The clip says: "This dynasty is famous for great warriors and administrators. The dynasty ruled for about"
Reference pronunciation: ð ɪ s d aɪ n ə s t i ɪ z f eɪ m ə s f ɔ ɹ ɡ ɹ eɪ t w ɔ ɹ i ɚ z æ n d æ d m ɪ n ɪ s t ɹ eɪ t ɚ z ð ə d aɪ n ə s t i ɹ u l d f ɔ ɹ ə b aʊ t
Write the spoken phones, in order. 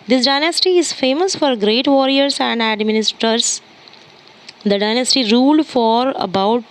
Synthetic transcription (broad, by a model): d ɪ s d aɪ n ə s t i ɪ z f eɪ m ə s f ɔ ɹ ɡ ɹ eɪ t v ɔ ɹ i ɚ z æ n d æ d m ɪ n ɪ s t ʌ t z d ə d aɪ n ə s t i ɹ u l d f ɔ ɹ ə b aʊ t